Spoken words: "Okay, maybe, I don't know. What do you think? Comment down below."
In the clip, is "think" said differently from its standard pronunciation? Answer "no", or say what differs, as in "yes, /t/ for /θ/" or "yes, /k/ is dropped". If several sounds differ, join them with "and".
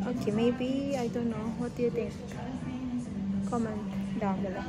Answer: yes, /t/ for /θ/